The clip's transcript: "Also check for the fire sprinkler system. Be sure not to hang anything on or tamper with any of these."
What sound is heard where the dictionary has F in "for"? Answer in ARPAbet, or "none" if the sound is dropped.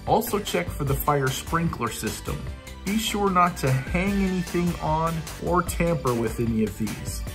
F